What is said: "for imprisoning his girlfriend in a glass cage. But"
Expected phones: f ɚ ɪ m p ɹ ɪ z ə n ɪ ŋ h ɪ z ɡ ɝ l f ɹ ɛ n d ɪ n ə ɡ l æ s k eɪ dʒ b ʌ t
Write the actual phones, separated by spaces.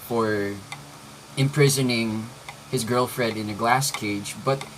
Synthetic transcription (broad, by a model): f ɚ ɪ m p ɹ ɪ z ə n ɪ ŋ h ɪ z ɡ ɝ l f ɹ ɛ d ɪ n ə ɡ l æ s k eɪ dʒ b ʌ t